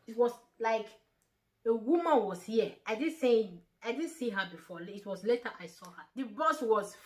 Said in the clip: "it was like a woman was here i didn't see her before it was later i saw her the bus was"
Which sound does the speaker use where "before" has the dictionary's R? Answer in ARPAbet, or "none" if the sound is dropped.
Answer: L